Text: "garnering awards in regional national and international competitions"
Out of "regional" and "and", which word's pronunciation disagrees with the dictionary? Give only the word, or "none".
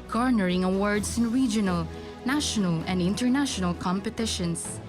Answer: none